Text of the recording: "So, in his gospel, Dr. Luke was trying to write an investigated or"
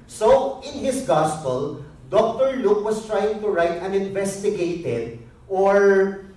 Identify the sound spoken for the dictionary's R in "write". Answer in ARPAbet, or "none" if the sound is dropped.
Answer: R